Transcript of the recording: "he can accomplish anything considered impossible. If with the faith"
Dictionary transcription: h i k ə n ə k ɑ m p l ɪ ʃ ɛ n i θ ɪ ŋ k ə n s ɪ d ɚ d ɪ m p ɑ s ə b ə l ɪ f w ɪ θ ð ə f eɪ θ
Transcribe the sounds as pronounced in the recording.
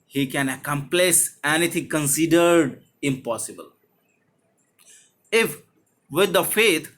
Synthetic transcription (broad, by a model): h i k ə n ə k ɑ m p l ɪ s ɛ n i t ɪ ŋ k ə n s ɪ d ɚ d ɪ m p ɑ s ə b ə l ɪ f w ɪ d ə f eɪ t